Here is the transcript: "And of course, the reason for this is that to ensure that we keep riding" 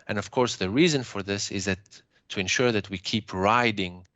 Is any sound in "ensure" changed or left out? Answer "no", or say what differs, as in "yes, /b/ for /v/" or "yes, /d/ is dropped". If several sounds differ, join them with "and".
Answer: no